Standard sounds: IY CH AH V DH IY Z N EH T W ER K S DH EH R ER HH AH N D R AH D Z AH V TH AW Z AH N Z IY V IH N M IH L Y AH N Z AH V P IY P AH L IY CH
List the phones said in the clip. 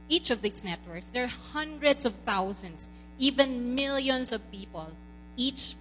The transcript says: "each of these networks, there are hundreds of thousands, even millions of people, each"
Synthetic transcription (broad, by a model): IY CH AH V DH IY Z N EH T W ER K S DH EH R HH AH N D R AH D S AH V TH AW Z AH N S IY V IH N M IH L Y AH N S AH V P IY P AH L IY CH